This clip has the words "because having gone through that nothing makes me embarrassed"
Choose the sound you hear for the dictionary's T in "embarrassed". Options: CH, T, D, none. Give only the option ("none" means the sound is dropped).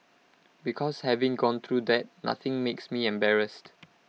T